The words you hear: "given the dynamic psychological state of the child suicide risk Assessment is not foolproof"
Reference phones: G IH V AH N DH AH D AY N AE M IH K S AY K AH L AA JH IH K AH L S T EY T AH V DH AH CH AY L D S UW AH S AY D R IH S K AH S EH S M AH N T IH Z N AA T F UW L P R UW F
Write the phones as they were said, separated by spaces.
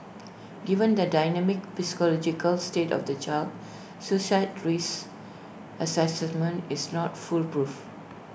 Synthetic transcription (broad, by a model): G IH V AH N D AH D AY N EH M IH K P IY K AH L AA JH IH K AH L S T EY T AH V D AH CH AY L D S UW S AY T R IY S AH S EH S M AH N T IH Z N AA T F UW L P R UW F